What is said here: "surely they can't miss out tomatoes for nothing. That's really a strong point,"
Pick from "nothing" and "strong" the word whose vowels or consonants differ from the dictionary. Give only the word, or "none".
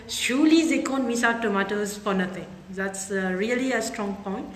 nothing